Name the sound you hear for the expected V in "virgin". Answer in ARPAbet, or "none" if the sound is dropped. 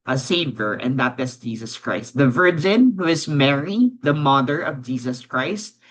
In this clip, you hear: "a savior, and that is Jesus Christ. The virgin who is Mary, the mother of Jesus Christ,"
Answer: V